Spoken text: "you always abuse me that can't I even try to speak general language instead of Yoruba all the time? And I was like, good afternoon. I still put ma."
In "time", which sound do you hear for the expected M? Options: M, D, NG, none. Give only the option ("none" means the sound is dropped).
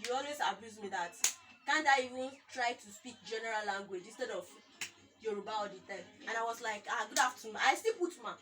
none